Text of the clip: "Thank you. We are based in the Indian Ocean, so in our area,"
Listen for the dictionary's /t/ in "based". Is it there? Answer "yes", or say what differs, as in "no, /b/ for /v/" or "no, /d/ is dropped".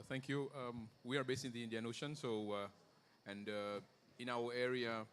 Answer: no, /t/ is dropped